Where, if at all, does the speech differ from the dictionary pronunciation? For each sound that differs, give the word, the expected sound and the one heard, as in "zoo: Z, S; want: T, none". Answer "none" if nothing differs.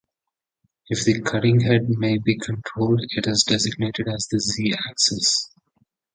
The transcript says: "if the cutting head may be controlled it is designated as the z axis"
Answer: none